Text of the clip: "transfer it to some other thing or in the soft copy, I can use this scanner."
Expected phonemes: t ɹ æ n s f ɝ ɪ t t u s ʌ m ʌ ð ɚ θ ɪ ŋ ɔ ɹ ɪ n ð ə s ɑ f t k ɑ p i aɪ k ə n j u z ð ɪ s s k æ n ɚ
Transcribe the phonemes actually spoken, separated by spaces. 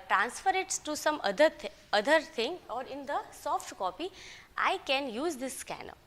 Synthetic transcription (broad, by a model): t ɹ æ n s f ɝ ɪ t t u s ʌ m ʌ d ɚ t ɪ ŋ ɔ ɹ ɪ n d ə s ɑ f t k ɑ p i aɪ k ə n j u z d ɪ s s k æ n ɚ